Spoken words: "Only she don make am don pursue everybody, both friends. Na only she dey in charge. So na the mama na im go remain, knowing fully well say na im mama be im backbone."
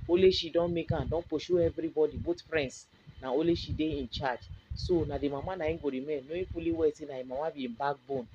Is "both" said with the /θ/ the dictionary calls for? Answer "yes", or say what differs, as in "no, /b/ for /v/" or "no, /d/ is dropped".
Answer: no, /t/ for /θ/